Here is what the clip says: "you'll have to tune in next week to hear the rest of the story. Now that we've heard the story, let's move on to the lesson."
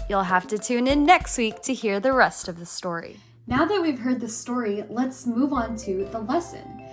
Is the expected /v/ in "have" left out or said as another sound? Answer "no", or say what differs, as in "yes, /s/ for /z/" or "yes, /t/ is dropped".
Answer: yes, /f/ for /v/